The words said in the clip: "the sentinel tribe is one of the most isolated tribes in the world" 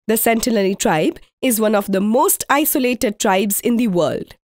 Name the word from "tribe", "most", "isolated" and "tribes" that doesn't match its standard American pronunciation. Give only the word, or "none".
none